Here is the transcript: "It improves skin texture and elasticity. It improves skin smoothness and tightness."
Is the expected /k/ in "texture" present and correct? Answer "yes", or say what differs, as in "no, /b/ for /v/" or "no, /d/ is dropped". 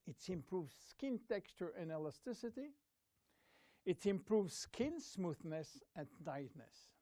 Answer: yes